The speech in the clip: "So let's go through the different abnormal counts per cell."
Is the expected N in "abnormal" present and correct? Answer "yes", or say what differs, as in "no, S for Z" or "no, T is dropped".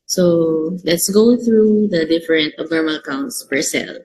no, N is dropped